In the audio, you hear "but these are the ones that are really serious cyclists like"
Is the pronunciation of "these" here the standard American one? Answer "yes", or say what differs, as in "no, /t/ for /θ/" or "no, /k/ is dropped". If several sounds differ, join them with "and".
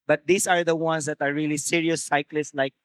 no, /s/ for /z/